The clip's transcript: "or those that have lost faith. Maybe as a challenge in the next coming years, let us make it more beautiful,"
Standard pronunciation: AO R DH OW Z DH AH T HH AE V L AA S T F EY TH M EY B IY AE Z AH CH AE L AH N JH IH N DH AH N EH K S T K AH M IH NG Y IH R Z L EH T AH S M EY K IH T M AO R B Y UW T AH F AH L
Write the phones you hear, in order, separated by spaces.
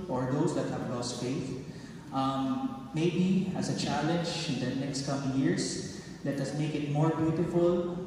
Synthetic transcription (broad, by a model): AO R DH OW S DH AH T HH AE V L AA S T F EY TH M EY B IY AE S AH CH AE L AH N JH IH N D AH N EH K S T K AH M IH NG Y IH R S L EH T AH S M EY K IH T M AO R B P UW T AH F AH L